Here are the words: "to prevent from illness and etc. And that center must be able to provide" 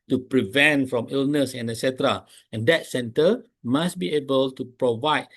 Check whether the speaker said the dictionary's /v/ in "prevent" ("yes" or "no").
yes